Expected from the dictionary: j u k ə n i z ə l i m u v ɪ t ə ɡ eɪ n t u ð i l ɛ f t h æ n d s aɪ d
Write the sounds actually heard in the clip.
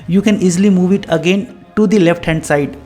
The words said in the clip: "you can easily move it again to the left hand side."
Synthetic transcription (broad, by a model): j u k ə n i z ə l i m u v ɪ t ə ɡ eɪ n t u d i l ɛ f t h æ n d s aɪ d